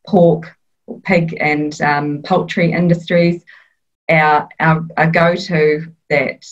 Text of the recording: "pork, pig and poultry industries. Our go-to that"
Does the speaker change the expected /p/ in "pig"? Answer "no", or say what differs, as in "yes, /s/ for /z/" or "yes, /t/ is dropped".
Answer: no